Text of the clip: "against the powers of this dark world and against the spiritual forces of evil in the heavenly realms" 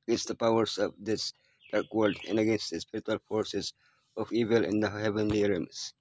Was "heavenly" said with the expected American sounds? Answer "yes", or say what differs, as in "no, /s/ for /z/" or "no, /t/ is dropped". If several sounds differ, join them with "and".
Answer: yes